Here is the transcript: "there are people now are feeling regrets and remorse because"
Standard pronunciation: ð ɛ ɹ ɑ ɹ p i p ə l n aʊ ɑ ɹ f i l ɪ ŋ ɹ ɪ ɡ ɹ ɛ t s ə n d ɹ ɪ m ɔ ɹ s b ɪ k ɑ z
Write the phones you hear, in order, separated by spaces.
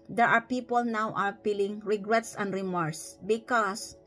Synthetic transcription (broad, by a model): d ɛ ɹ ɑ ɹ p i p ə l n aʊ ɑ ɹ p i l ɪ ŋ ɹ ɪ ɡ ɹ ɛ t s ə n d ɹ ɪ m ɔ ɹ s b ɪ k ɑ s